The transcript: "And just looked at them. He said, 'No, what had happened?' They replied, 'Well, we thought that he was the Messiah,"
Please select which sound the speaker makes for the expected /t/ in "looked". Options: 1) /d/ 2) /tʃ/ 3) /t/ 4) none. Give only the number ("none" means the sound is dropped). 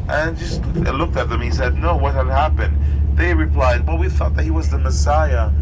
3